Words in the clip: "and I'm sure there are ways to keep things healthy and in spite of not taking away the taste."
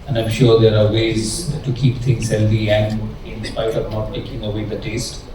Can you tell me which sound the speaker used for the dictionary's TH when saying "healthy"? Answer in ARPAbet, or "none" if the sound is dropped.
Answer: F